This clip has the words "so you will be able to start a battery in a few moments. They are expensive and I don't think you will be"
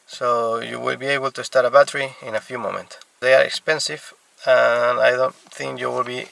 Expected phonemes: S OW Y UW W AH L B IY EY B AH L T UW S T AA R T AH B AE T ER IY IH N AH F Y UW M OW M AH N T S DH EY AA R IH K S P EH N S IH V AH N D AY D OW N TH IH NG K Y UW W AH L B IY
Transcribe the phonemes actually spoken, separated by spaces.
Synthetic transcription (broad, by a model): S OW Y UW W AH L B IY EY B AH L T UW S T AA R T AH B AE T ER IY IH N AH F Y UW M OW M AH N T S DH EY AA R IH K S P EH N S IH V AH N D AY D OW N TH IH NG K Y UW W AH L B IY